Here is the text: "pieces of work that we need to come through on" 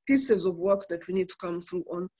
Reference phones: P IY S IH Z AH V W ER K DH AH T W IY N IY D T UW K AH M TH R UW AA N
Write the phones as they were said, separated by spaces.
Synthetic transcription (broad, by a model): P IY S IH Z AH V W ER K DH AH T W IY N IY D T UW K AH M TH R UW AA N